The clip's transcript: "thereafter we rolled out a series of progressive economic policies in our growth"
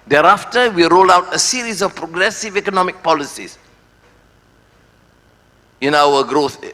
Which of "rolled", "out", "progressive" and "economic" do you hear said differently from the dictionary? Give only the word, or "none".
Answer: rolled